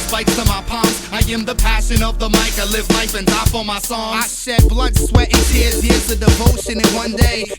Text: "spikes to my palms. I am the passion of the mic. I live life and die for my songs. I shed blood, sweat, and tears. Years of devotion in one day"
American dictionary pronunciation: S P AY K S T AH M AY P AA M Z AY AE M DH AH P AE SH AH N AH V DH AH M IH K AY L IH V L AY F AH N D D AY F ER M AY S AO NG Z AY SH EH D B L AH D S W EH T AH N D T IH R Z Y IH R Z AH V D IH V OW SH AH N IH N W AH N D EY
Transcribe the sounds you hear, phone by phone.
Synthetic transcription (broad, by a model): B AY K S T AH M AY P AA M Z AY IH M DH AH P AE SH AH N AH V DH AH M IH K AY L IH V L AY F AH N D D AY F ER M AY S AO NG AY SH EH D B L AH D S W EH T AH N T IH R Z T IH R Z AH D IH V OW SH AH N IH N W AH N D EY